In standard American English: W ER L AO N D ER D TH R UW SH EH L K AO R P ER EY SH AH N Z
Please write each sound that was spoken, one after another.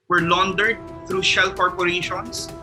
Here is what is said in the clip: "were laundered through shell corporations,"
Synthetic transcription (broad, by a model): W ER L AO N D ER D T R UW SH EH L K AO R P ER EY SH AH N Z